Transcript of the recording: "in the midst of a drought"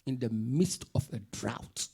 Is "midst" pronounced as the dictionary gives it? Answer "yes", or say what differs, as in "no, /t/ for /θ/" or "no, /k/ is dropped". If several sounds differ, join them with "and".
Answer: yes